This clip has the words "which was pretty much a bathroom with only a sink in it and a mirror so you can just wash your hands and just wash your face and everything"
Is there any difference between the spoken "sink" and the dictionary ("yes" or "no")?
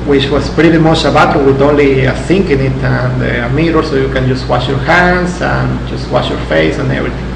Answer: no